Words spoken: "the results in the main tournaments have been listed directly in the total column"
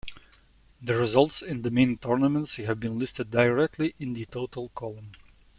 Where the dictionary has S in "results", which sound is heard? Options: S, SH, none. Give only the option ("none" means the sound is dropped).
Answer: S